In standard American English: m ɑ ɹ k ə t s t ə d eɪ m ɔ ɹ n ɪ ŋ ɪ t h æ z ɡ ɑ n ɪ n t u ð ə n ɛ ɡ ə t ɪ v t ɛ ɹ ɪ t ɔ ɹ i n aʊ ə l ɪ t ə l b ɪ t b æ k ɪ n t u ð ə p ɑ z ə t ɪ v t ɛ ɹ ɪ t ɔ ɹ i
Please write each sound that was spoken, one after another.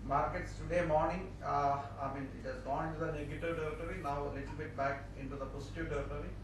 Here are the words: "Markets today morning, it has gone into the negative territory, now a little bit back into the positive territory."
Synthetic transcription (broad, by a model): m ɑ ɹ k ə t s t ə d eɪ m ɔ ɹ n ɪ ŋ ɪ t h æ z ɡ ɑ n ɪ n t u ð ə n ɛ ɡ ə t ɪ v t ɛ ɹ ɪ t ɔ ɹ i n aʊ ə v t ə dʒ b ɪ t b æ k ɪ n t u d ə p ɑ s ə t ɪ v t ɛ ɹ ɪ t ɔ ɹ i